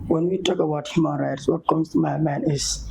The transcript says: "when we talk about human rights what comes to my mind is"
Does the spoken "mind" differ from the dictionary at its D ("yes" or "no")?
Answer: yes